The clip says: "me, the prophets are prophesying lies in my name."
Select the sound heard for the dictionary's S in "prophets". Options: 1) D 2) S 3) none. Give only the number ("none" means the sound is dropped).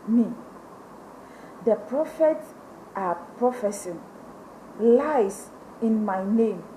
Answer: 3